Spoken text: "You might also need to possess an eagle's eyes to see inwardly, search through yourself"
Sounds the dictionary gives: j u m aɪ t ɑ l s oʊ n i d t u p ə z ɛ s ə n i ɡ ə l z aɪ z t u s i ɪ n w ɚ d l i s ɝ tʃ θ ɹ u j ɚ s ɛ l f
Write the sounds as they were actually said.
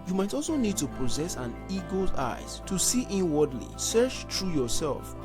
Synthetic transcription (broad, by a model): j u m aɪ t ɑ l s oʊ n i d t u p ə z ɛ s ə n i ɡ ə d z aɪ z t u s i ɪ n w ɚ d l i s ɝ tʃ t ɹ u j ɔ s ɛ l f